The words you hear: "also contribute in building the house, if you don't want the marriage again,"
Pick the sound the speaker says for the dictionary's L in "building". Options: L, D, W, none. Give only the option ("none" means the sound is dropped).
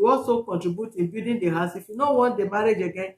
none